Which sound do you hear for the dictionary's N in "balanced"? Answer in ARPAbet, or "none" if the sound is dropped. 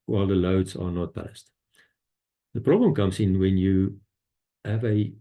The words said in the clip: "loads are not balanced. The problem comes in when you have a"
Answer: none